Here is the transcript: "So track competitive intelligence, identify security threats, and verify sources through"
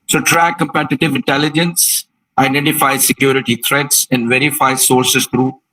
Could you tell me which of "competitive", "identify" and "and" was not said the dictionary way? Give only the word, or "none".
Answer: none